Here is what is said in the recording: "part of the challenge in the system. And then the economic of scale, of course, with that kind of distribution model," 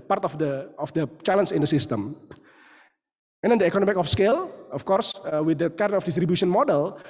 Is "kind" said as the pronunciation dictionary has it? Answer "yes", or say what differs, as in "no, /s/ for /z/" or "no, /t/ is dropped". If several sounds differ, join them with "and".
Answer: no, /n/ is dropped